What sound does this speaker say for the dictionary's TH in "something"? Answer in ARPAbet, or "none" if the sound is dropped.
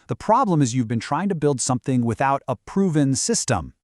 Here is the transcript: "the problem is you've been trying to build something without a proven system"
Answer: TH